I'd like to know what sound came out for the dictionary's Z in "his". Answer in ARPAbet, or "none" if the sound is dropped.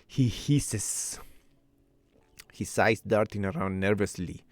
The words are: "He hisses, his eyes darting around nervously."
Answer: S